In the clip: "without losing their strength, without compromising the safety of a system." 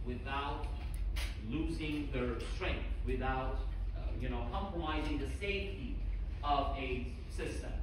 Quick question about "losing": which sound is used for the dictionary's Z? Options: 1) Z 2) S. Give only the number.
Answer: 1